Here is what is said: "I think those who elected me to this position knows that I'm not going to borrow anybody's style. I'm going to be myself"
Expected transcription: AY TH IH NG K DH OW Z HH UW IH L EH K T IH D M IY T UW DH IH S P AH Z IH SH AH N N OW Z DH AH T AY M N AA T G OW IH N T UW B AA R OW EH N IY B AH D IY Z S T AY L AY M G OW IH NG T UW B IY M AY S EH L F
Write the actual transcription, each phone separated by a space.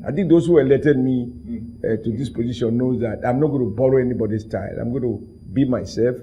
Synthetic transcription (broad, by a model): AY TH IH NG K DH OW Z HH UW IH L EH T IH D M IY T UW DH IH S P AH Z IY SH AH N N OW Z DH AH T AY M N AA T G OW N T UW B AA R OW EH N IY B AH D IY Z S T AY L AY M G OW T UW B IY M AY S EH L F